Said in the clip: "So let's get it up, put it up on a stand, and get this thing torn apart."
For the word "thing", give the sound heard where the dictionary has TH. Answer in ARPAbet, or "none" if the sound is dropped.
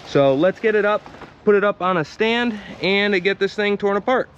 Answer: TH